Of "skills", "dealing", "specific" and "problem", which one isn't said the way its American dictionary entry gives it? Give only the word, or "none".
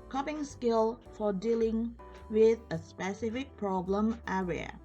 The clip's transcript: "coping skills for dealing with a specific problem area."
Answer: skills